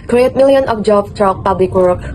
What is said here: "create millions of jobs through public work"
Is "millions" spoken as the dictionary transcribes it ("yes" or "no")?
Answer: no